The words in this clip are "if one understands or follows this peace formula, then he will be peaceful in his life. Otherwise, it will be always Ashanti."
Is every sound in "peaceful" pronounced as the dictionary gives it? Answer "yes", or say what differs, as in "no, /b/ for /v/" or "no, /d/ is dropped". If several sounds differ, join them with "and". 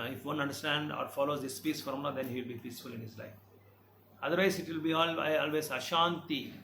yes